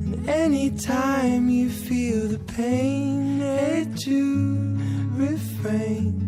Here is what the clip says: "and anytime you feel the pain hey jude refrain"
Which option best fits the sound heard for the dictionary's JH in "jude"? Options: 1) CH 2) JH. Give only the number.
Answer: 1